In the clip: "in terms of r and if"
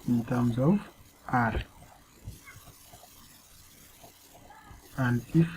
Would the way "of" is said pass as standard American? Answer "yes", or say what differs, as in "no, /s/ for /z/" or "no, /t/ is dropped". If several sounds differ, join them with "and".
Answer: no, /w/ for /v/